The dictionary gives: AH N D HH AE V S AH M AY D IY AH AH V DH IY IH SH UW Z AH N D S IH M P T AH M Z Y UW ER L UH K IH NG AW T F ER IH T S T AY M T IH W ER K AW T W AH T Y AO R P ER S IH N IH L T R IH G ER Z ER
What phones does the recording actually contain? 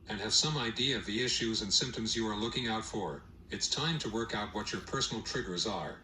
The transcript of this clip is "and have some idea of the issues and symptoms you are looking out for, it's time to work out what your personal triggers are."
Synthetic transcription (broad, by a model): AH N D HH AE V S AH M AY D IY AH AH V DH IY IH SH UW Z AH N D S IH M P T AH M Z Y UW ER L UH K IH NG AW T F ER IH T S T AY M T IH W ER K AW T W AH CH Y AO R P ER S N L T R IH G ER Z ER